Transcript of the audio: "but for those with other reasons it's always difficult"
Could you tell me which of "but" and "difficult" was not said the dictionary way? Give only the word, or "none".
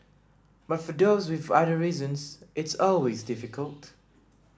none